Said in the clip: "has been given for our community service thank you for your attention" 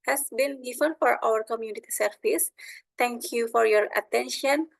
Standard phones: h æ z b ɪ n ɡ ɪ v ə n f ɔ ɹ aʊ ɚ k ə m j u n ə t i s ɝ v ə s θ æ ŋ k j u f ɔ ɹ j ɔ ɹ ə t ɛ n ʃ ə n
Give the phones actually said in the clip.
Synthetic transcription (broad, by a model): h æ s b ɪ n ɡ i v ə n f ɔ ɹ aʊ ɚ k ə m j u n ə t i s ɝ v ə s t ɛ ŋ k j u f ɔ ɹ j ɔ ɹ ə t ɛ n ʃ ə n